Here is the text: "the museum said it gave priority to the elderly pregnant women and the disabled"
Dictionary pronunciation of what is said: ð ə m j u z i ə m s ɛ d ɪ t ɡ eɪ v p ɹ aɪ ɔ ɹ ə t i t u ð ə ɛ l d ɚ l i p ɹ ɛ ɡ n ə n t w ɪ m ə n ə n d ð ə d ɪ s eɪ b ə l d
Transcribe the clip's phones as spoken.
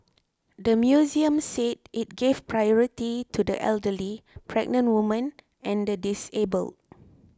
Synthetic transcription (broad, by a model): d ə m j u z i ə m s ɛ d ɪ t ɡ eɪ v p ɹ aɪ ɔ ɹ ə t i t u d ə ɛ l d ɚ l i p ɹ ɛ ɡ n ə n t w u m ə n ə n d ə d ɪ s eɪ b ə l d